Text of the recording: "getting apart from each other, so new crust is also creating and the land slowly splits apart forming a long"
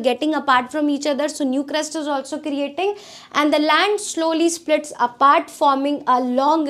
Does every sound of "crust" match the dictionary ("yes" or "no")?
yes